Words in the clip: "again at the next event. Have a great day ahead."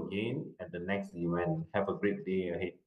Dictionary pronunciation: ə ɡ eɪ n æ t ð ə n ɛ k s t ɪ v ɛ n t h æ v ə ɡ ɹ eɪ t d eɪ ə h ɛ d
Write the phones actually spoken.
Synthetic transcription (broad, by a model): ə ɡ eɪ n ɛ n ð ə n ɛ k s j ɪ w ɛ n h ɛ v ə ɡ ɹ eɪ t d eɪ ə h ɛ